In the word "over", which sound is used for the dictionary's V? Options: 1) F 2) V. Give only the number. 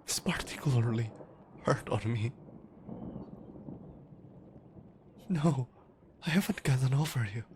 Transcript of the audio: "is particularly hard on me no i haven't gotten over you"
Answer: 1